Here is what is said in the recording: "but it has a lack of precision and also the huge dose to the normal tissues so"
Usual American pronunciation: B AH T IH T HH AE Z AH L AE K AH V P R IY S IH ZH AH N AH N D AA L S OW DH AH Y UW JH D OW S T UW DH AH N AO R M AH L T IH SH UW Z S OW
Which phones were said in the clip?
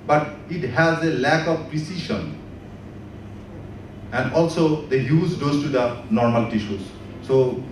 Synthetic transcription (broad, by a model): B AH T IH T HH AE Z AH L AE K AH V P R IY S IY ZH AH N AH N D AA L S OW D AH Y UW Z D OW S T UW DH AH N AO R M AH L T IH SH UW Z S OW